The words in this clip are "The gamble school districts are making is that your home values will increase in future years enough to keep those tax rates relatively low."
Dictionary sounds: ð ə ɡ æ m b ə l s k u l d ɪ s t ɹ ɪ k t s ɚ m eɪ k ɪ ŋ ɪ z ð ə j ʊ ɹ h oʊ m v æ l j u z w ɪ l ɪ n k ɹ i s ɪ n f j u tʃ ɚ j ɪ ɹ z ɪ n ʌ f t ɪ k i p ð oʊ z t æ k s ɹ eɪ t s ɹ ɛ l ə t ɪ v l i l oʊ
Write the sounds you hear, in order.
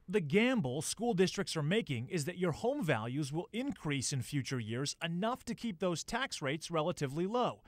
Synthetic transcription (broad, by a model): ð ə ɡ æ m b l s k u l d ɪ s t ɹ ɪ k t s ɚ m eɪ k ɪ ŋ ɪ z ð ə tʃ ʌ ɹ h oʊ m v æ l j u z w ɪ l ɪ n k ɹ i s ɪ n f j u tʃ ɚ j ɪ ɹ z ɪ n ʌ f t ɪ k i p ð oʊ z t æ k s ɹ eɪ t s ɹ ɛ l ə t ɪ v l i l oʊ